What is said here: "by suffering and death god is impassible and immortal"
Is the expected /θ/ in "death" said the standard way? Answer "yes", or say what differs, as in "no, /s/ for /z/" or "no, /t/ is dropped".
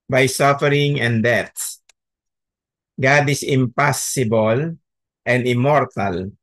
no, /s/ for /θ/